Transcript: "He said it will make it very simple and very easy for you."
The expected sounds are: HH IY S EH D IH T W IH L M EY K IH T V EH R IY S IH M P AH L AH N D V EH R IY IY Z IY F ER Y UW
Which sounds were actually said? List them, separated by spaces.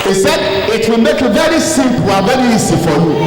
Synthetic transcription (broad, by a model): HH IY S EH D IH T W IH L M EY K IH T V EH R IY S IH M P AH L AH V EH R IY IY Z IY F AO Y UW